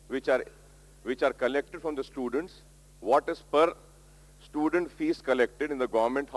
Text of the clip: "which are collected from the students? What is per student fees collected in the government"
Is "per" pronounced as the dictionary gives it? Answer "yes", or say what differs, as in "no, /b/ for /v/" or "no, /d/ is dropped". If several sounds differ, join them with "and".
yes